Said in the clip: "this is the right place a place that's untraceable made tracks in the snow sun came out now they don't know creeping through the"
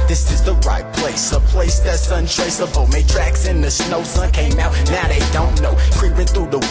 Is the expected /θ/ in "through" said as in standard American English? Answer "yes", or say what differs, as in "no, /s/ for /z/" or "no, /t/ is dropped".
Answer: yes